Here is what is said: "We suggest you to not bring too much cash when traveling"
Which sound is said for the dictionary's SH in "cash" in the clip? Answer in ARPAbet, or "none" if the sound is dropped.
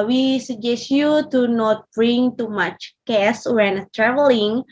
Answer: S